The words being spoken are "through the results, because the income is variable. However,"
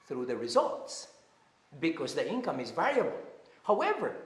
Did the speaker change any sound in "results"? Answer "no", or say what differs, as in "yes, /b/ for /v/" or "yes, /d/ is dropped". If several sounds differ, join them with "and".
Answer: no